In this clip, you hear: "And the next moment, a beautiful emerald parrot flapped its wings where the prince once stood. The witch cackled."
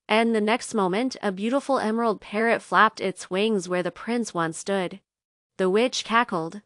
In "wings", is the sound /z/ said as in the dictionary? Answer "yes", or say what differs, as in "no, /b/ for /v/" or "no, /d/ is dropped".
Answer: yes